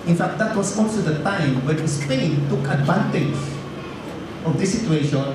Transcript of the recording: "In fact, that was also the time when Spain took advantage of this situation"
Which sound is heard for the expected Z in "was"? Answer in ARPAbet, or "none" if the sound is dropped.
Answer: S